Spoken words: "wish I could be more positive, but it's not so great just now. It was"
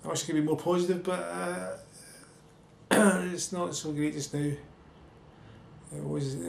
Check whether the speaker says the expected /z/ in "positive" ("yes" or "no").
yes